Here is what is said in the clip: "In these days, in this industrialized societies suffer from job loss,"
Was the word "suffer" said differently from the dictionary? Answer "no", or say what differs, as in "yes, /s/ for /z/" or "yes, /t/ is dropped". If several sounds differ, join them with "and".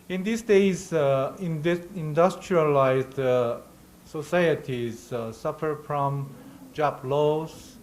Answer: no